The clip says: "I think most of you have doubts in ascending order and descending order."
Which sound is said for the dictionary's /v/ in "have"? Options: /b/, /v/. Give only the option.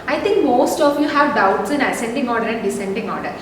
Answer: /v/